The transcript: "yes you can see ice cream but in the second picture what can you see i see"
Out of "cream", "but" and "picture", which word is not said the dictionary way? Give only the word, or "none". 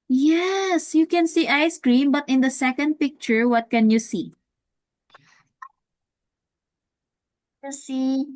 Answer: none